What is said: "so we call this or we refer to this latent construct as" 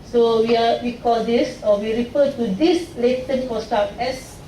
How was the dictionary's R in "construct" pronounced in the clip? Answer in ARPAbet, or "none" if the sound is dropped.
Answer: none